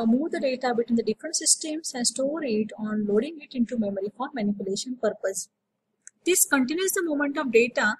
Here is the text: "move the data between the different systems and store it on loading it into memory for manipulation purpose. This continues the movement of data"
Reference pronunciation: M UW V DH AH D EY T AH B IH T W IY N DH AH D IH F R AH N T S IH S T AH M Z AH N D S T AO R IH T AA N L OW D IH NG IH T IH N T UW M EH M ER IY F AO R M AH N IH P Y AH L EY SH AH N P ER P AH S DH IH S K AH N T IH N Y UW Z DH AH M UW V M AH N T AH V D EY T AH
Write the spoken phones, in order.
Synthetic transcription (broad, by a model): M UW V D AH D EY T AH B IH T W IY N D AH D IH F R AH N T S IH S T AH M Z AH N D S T AO R IH T AA N L OW D IH NG IH T IH N T UW M EH M ER IY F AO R M AH N IH P Y AH L EY SH AH N P ER P AH S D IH S K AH N T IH N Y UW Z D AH M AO M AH N T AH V D EY T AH